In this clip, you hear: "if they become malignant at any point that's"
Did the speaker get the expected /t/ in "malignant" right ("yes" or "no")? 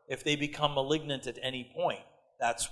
yes